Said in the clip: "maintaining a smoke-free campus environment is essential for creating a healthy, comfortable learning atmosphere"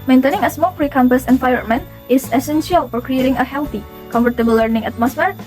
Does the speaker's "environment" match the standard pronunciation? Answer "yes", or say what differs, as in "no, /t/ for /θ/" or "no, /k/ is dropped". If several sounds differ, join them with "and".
no, /f/ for /v/ and /ɹ/ is dropped and /t/ is dropped